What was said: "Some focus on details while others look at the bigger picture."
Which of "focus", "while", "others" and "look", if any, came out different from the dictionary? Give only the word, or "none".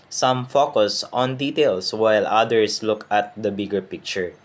others